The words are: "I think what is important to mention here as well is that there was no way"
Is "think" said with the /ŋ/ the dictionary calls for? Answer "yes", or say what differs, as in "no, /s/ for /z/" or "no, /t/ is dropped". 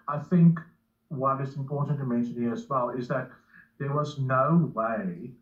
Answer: yes